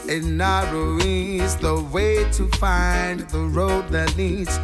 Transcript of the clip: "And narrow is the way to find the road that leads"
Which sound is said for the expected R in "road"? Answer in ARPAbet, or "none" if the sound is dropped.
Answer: R